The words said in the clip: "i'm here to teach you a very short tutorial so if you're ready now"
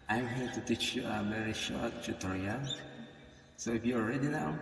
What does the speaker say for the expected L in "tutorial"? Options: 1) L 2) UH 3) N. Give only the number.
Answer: 3